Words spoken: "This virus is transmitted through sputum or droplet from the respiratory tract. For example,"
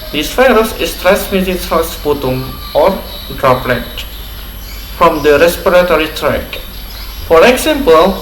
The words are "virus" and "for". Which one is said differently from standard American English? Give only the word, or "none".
virus